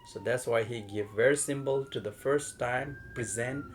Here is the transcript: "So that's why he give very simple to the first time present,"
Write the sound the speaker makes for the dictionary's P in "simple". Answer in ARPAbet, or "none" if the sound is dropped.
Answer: B